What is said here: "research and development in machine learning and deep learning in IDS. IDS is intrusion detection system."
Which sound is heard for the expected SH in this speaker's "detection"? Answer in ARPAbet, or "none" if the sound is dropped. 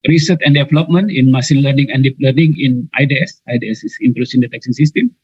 S